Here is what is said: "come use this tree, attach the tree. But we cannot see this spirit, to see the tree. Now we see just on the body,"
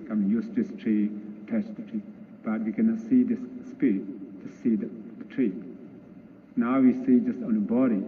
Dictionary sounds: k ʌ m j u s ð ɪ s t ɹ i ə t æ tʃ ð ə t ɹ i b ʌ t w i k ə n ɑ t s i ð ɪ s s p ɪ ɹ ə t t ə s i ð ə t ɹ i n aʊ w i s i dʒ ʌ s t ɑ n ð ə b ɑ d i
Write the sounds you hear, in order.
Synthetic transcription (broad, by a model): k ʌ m j u s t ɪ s t ɹ i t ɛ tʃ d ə t ɹ i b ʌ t w i k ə n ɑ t s i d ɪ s s p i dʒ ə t s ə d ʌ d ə t ɹ i n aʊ w i s i dʒ ʌ s t ɑ n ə b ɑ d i